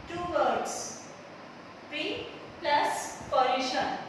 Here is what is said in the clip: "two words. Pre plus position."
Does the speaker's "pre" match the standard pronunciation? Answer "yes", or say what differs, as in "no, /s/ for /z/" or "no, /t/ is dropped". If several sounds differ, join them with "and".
no, /ɹ/ is dropped